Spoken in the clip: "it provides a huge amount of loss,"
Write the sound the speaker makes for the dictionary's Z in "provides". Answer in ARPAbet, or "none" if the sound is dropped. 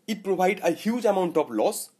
none